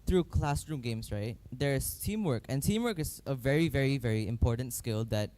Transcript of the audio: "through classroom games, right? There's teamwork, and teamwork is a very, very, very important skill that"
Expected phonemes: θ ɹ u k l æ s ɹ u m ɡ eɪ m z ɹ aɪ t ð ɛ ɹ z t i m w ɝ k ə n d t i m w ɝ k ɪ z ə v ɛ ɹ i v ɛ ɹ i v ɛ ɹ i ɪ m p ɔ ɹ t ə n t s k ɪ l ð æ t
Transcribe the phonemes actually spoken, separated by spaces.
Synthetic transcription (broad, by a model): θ ɹ u k l æ s ɹ u m ɡ eɪ m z ɹ aɪ t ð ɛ ɹ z t i m w ɝ k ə n t i m w ɝ k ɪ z ə v ɛ ɹ i v ɛ ɹ i v ɛ ɹ i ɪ m p ɔ ɹ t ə n t s k ɪ l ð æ t